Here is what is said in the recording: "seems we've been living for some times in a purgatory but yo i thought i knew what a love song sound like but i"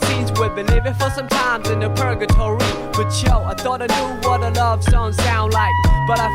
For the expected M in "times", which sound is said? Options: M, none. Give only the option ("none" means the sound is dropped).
M